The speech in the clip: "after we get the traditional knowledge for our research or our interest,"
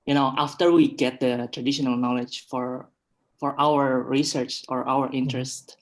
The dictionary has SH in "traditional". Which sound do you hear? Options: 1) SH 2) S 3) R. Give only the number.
1